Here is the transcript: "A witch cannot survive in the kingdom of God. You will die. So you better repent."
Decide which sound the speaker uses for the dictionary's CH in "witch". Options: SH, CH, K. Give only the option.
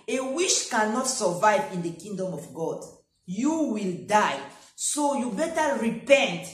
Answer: SH